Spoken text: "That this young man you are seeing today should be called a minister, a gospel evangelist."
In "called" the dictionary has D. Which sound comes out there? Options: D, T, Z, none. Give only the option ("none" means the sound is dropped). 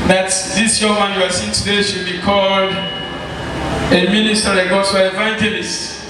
D